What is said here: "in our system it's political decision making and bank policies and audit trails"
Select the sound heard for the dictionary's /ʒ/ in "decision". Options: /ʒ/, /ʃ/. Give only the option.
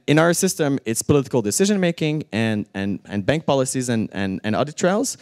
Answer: /ʒ/